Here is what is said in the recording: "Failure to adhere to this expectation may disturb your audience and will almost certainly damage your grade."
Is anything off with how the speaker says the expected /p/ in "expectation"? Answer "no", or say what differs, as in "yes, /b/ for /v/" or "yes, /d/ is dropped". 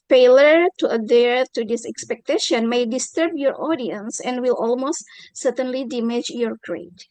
no